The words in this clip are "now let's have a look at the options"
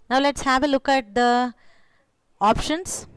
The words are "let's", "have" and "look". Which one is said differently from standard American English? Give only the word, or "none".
none